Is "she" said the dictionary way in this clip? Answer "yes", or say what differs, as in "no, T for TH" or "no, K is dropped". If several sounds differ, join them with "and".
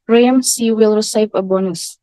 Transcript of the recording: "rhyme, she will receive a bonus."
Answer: no, S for SH